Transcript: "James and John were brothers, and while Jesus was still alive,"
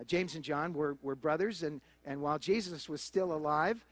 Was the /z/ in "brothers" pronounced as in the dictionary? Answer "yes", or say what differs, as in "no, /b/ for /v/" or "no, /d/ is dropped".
yes